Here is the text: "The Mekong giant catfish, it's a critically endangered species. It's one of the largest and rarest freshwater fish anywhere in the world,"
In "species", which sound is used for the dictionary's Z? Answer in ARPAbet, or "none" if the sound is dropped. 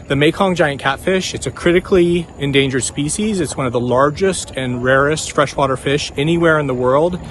Z